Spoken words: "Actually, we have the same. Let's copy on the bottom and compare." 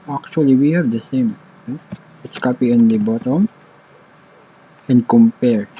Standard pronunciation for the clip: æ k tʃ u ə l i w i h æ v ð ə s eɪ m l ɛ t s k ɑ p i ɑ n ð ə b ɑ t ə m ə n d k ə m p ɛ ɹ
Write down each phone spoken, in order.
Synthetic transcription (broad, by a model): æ k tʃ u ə l i w i h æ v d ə s eɪ m n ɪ t s k ɑ p i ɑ n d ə b ɑ t ə m ə n d k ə m p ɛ ɹ